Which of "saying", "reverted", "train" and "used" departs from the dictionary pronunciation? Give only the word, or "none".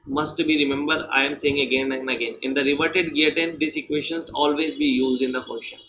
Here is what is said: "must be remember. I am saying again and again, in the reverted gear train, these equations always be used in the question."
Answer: train